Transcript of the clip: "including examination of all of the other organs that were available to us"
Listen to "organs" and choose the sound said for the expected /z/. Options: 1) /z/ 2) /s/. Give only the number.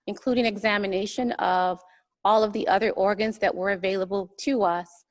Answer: 1